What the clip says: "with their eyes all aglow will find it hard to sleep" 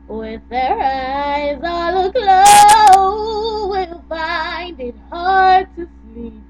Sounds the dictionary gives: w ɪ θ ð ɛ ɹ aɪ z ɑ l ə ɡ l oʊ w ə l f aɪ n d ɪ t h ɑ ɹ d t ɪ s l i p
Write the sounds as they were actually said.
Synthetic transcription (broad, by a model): w ɪ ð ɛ ɹ aɪ z ɑ l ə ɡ l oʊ w ə l f aɪ n d ɪ t h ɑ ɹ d t ɪ s l i p